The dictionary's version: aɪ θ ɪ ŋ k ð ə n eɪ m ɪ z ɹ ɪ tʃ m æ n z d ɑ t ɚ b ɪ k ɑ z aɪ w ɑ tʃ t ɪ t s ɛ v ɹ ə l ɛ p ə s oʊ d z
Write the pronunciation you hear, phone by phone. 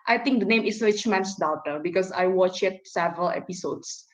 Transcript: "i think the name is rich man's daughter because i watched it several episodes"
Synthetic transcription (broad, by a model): aɪ t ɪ ŋ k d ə n eɪ m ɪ s ɹ ɪ tʃ m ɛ n s d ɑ t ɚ b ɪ k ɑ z aɪ w ɑ tʃ ɪ t s ɛ v ɹ ə l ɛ p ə s oʊ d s